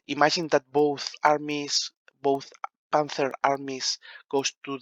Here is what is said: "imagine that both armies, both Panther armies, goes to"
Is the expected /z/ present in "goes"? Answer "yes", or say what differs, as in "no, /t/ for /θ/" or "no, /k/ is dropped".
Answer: no, /s/ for /z/